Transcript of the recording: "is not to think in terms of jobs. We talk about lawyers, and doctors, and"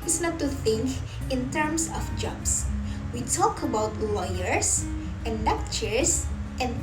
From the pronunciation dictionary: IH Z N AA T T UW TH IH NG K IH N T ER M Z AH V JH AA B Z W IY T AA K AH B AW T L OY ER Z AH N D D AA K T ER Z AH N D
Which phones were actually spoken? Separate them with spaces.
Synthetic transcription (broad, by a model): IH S N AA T T UW TH IH NG K IH N T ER M S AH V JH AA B S W IY T AA K AH B AW T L OY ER S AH N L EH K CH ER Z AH N